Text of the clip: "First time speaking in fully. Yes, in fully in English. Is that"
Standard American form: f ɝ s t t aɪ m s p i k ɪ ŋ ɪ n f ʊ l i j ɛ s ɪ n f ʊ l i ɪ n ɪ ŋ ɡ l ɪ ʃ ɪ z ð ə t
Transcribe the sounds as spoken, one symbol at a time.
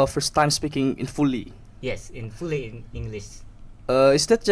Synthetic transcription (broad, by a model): f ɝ s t t aɪ m s p i k ɪ ŋ ɪ n f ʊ l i j ɛ s ɪ n f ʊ l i ɪ n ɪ ŋ ɡ l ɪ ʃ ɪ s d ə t